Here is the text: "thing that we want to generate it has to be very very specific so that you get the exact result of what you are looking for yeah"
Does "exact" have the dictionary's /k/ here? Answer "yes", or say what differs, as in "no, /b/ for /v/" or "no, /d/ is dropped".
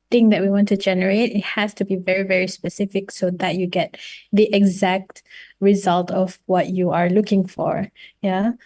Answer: yes